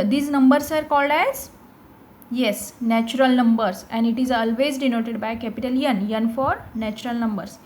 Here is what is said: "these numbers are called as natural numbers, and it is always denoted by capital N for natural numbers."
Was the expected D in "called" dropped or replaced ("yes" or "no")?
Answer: no